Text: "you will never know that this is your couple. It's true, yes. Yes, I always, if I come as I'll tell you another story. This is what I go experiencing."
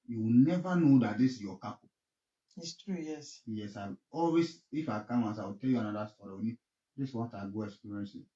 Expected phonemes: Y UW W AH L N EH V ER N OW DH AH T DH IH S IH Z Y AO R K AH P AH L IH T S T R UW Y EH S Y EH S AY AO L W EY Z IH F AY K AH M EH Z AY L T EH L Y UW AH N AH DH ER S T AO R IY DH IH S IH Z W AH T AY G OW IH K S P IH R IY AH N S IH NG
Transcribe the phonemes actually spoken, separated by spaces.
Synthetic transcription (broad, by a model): Y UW W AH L N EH V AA N OW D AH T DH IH S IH Y AO K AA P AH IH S T R UW Y EH S Y EH S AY AO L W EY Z IH F AY K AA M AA S AY W T EH L Y UW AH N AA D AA S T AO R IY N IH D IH S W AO T AY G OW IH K S P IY R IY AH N S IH